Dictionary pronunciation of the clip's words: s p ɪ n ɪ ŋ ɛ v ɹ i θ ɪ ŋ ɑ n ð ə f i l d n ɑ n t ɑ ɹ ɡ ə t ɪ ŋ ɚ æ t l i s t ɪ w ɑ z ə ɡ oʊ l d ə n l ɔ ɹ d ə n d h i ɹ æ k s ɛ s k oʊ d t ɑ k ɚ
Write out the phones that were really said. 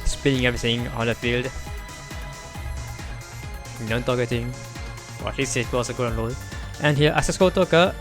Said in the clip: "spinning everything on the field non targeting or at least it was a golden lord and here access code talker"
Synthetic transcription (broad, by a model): s p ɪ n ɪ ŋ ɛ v ɹ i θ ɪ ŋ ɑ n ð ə f i l d n ɑ n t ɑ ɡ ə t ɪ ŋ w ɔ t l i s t ɪ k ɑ s ə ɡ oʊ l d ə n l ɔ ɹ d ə n h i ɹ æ s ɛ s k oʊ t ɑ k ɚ